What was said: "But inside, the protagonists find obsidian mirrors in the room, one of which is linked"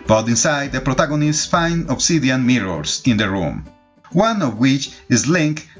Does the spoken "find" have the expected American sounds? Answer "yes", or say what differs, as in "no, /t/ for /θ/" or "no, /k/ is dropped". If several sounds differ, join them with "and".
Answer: no, /d/ is dropped